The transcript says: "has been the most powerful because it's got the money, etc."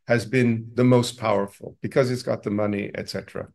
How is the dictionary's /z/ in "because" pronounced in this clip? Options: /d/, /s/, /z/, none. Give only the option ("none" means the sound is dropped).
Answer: /z/